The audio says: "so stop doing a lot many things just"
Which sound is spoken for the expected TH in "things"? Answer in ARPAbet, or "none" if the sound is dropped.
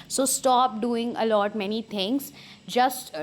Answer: T